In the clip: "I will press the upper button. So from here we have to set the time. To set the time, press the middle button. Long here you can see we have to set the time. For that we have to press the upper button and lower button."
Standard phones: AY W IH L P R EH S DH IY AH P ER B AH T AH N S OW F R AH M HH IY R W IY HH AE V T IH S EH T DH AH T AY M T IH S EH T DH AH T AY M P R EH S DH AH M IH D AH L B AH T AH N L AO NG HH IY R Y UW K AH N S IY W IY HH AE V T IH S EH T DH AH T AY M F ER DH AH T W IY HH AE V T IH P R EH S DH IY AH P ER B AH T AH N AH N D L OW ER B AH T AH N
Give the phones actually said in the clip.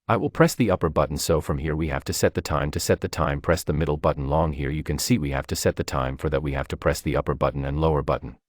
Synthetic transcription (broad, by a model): AY W IH L P R EH S DH IY AH P ER B AH T N S OW F R AH M HH IY R W IY HH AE F T IH S EH T DH AH T AY M T IH S EH T DH AH T AY M P R EH S DH AH M IH D L B AH T N L AO NG HH IY R Y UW K AH N S IY W IY HH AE F T IH S EH T DH AH T AY M F ER DH AH T W IY HH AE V T IH P R EH S DH IY AH P ER B AH T N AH N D L OW ER B AH T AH N